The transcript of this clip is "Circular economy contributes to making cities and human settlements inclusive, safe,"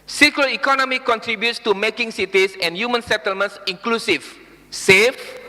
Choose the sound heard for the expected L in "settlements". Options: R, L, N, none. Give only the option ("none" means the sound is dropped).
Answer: L